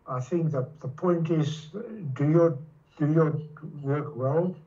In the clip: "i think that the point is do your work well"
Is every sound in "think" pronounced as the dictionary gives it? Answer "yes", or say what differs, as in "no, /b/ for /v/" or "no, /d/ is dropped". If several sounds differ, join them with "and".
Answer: yes